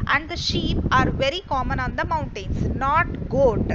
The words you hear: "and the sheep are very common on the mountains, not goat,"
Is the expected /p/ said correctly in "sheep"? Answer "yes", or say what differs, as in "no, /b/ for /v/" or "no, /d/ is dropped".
yes